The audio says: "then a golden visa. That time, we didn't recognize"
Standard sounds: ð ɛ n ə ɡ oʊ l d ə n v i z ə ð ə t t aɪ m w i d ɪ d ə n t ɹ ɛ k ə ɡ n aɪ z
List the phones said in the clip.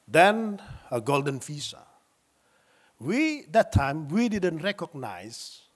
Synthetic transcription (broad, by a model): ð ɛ n ə ɡ oʊ l d ə n f i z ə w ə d t aɪ m w i d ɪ d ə n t ɹ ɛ k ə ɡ n aɪ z